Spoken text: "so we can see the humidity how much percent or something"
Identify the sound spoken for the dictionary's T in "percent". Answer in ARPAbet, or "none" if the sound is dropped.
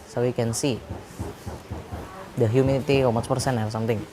none